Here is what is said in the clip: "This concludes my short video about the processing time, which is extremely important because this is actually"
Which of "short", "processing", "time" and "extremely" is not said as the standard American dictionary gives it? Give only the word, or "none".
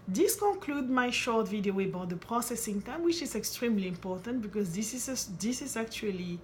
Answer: none